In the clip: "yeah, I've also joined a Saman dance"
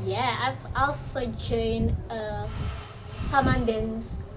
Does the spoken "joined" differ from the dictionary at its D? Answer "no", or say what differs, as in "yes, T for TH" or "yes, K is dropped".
yes, D is dropped